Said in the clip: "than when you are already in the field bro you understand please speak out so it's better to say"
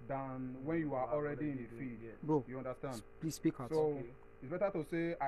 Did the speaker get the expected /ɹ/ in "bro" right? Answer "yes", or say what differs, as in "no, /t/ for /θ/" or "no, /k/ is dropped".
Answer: no, /ɹ/ is dropped